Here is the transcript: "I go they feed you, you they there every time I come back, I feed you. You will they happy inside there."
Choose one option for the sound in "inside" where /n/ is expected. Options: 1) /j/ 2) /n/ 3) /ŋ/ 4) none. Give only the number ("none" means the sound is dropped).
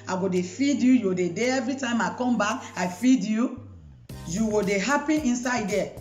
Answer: 2